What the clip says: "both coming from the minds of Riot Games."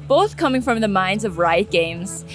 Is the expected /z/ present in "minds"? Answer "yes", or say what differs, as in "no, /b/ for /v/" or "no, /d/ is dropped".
yes